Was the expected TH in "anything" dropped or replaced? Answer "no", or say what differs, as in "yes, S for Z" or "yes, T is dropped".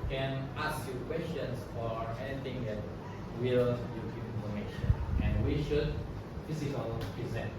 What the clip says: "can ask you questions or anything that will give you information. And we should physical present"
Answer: yes, T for TH